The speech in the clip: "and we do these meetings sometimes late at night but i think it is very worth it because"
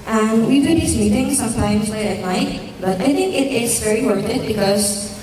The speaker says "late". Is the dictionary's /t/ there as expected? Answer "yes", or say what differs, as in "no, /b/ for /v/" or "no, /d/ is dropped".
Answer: no, /t/ is dropped